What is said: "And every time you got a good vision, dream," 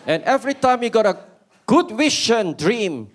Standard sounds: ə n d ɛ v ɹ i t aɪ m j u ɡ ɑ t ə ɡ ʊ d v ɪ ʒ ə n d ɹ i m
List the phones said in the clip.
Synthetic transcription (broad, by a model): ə n ɛ v ɹ i t aɪ m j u ɡ ɑ t ə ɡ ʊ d w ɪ ʃ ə n d ɹ i m